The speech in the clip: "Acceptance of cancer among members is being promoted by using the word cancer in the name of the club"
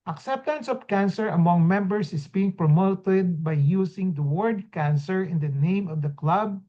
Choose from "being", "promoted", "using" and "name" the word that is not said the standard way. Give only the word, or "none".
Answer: using